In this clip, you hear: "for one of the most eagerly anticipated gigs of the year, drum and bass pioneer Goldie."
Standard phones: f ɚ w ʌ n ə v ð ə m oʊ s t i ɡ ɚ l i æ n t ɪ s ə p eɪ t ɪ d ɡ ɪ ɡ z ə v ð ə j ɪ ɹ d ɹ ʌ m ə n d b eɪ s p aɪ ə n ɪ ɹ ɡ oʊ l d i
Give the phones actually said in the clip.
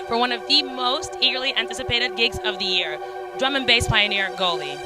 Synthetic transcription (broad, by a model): f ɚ w ʌ n ə v ð ə m oʊ s t i ɡ ɚ l i æ n t ɪ s ə p eɪ t ɪ d ɡ ɪ ɡ z ə v ð ə j ɪ ɹ d ɹ ʌ m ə n b eɪ s p aɪ ə n ɪ ɹ ɡ oʊ l i